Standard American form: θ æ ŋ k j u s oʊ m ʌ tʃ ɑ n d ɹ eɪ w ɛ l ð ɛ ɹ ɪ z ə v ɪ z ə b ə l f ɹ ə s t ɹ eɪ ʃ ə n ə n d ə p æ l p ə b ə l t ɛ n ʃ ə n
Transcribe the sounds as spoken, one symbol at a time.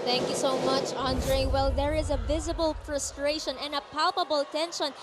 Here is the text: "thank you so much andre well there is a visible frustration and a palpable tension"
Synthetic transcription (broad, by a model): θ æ ŋ k j u s oʊ m ʌ tʃ ɑ n d ɹ eɪ w ɛ l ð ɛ ɹ ɪ z ə v ɪ z ə b ə l f ɹ ə s t ɹ eɪ ʃ ə n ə n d ə p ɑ l p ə b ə l t ɛ n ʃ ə n